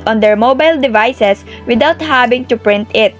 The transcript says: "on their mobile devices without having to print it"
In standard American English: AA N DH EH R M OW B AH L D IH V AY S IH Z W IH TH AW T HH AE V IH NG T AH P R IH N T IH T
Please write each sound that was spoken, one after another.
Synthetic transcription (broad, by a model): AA N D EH R M OW B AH L D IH V AY S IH S W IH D AW T HH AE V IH NG T AH P R IH N T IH T